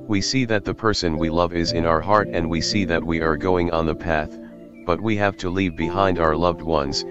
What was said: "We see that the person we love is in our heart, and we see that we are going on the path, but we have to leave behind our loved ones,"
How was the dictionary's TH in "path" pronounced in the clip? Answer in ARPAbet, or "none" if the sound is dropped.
TH